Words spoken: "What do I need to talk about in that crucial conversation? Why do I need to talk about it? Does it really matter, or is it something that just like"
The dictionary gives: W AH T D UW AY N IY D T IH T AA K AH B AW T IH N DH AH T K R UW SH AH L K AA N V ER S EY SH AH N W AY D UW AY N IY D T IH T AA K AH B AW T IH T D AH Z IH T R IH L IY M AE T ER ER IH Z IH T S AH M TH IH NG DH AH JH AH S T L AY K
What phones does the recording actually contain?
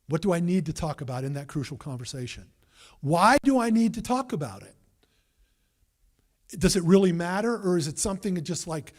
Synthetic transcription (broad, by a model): W AH T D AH AY N IY D T IH T AA K AH B AW T IH N DH AH T K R UW SH L K AA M V ER S EY SH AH N W AY D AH AY N IY D T IH T AA K AH B AW T IH T D AH Z IH T R IH L IY M AE T ER ER IH Z IH T S AH M TH IH NG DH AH JH AH S T L AY K